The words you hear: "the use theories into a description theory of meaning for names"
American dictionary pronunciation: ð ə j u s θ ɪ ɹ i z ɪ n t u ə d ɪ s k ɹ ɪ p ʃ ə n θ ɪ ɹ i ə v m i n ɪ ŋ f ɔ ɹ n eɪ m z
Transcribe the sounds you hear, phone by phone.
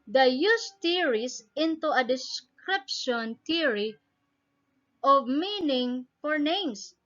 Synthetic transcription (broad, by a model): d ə j u s t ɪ ɹ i s ɪ n t u ə d ɪ s k ɹ ɪ p ʃ ə n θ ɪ ɹ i ə v m i n ɪ ŋ f ɔ ɹ n eɪ m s